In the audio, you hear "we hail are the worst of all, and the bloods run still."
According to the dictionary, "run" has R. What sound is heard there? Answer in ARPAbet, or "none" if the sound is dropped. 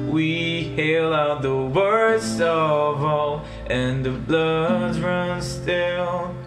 R